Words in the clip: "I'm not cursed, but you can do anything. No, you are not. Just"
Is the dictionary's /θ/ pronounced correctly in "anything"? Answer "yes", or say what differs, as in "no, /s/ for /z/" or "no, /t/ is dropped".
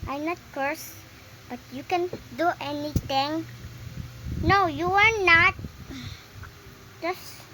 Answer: no, /t/ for /θ/